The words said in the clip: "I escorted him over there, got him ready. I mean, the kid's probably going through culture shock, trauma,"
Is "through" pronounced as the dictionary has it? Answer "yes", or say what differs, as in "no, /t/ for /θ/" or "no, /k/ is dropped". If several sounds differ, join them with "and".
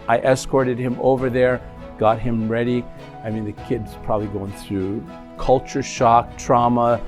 yes